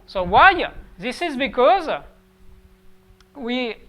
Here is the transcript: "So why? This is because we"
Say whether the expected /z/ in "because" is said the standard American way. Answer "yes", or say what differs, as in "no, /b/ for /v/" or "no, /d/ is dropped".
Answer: yes